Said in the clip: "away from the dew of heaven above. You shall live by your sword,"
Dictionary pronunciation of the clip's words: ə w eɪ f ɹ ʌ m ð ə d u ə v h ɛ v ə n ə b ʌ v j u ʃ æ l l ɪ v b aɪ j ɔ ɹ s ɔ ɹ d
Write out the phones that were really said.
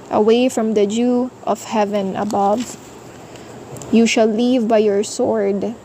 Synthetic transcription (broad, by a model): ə w eɪ f ɹ ʌ m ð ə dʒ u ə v h ɛ v ə n ə b ʌ v j u ʃ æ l l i v b aɪ j ɔ ɹ s ɔ ɹ d